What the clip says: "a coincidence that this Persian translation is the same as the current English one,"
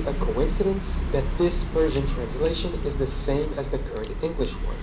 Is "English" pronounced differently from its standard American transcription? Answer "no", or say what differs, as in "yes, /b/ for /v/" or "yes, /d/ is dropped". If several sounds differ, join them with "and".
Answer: no